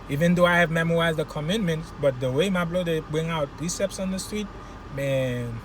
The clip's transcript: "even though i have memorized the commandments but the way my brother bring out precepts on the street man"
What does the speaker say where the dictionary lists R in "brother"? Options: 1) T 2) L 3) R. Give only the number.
2